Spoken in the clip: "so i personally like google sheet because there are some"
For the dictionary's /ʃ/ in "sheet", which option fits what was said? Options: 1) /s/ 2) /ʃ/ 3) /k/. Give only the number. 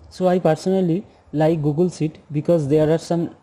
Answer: 1